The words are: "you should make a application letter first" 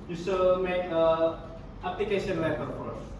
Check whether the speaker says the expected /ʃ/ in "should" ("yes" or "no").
no